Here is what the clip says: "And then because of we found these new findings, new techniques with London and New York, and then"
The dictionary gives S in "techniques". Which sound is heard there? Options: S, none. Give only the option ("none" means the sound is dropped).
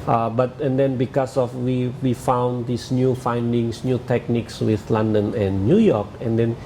S